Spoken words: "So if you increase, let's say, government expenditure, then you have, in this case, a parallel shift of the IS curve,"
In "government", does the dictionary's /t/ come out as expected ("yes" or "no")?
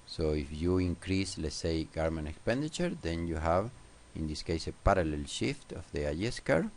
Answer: no